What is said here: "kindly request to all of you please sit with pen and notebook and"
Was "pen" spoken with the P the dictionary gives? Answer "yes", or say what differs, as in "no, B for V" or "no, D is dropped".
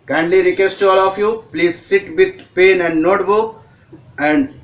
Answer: yes